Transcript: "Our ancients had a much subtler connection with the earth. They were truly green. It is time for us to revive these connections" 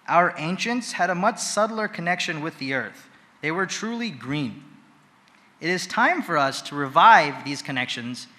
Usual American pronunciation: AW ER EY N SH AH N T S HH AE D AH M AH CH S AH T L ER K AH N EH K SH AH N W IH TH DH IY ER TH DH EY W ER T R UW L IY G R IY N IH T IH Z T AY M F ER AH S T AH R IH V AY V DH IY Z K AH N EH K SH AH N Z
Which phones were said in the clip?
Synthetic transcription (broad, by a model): AW ER EY N SH AH N T S HH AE D AH M AH CH S AH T L ER K AH N EH K SH AH N W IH DH IY ER TH DH EY W ER T R UW L IY G R IY N IH T IH Z T AY M F ER AH S T AH R IH V AY V DH IY Z K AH N EH K SH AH N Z